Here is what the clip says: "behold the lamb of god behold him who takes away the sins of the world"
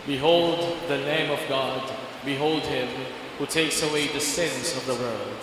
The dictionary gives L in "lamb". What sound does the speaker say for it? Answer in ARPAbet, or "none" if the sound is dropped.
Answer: N